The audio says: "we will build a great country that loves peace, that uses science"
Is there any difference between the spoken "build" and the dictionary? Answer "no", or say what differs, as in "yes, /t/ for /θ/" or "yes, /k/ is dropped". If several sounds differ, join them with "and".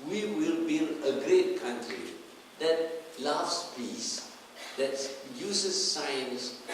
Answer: yes, /d/ is dropped